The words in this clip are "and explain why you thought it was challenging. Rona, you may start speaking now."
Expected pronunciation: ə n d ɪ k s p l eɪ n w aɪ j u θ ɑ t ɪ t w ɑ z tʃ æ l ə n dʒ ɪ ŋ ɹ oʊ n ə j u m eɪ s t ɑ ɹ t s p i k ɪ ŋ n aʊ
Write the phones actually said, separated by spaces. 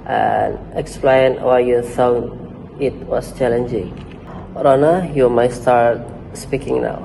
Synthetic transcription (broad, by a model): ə n ɪ k s p l eɪ n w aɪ j u f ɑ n ɪ t w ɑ s tʃ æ l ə n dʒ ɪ ŋ ɹ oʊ n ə j u m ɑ s t ɑ ɹ t s p i k ɪ ŋ n aʊ